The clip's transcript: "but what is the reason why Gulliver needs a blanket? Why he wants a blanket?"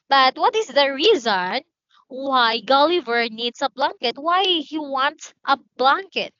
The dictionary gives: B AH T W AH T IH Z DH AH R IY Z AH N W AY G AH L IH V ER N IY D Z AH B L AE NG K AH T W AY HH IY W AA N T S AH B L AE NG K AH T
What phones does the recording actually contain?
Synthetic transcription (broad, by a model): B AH T W AH T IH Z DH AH R IY Z AH N W AY G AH L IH V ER N IY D S AH B L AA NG K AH T W AY HH IY W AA N T S AH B L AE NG K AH T